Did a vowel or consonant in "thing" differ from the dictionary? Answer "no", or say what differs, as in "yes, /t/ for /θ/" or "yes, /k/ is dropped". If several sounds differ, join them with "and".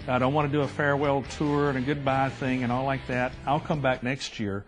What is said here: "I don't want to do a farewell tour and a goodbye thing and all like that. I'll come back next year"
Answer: no